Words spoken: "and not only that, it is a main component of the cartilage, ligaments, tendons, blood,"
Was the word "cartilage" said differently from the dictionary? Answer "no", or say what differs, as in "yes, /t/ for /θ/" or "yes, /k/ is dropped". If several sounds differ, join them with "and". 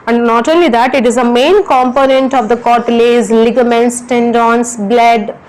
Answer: yes, /z/ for /dʒ/